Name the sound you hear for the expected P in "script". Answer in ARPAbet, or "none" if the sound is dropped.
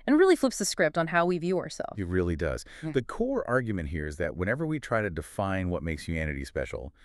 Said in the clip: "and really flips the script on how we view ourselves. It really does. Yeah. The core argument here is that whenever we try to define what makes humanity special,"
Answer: P